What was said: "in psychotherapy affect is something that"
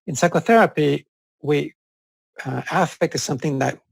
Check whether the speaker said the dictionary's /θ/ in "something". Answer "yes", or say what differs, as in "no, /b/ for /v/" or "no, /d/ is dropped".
yes